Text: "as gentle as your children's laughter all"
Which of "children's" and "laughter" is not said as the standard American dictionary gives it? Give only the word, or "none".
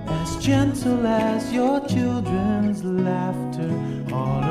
none